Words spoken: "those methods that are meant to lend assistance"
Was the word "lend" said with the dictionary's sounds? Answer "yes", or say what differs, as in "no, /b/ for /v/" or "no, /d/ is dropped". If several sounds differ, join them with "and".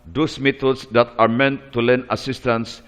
no, /d/ is dropped